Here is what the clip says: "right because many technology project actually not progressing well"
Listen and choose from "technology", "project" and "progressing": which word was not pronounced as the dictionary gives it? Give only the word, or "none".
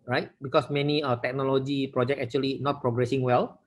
project